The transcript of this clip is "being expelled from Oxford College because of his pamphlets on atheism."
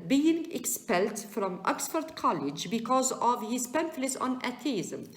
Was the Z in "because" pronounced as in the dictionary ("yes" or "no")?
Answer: yes